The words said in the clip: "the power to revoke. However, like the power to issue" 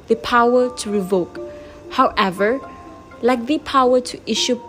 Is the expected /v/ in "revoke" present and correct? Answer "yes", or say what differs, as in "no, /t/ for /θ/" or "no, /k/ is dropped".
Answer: yes